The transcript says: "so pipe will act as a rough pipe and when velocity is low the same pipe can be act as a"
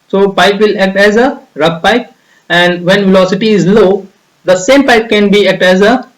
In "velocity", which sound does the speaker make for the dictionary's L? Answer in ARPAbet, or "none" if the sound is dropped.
L